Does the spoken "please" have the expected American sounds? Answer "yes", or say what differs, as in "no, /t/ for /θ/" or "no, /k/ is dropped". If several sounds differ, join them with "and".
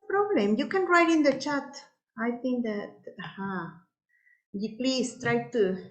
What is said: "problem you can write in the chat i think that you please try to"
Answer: no, /s/ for /z/